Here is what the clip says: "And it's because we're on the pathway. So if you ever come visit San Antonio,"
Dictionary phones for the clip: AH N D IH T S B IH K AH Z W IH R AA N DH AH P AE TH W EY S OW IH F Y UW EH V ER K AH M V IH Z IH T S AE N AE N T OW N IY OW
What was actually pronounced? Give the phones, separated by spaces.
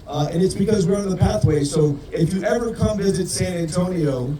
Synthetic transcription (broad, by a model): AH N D IH T S B IH K AH Z W IH R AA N DH AH P AE TH W EY S OW IH F Y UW EH V ER K AH M V IH Z IH T S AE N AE N T OW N IY OW